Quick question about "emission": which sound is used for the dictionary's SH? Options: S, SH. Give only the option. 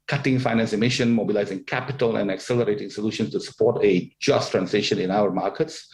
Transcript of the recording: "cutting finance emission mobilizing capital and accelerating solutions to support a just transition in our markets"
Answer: SH